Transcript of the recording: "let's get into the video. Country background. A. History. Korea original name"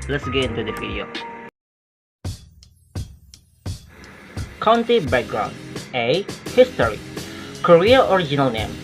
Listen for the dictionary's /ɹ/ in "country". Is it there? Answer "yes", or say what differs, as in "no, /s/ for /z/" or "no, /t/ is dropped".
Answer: no, /ɹ/ is dropped